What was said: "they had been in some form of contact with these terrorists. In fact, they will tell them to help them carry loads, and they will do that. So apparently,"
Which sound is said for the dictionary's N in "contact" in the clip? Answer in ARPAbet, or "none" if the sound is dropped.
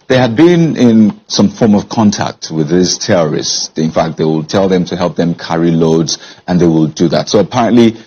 N